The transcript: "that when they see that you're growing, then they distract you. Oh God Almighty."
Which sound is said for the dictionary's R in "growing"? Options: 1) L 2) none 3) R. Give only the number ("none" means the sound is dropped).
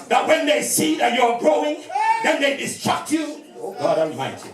3